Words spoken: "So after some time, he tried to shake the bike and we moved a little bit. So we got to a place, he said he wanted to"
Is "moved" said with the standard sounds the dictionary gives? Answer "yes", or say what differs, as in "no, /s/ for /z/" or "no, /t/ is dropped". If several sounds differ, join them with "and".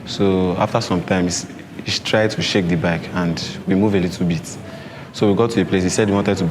no, /d/ is dropped